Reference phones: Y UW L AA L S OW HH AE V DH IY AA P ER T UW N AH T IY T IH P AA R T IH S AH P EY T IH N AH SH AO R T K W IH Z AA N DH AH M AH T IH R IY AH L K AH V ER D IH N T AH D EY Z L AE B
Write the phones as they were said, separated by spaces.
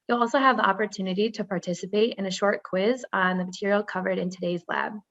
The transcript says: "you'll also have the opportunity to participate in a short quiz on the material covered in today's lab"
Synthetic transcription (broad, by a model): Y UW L AA L S OW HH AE V DH IY AA P ER T UW N AH T IY T IH P AA R T IH S AH P EY T IH N AH SH AO R T K W IH Z N DH AH M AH T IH R IY L K AH V ER D IH N T AH D EY Z L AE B